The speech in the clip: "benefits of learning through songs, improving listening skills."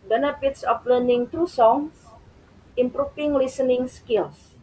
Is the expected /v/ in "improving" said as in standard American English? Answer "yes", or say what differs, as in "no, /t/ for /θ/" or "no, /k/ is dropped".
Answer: no, /f/ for /v/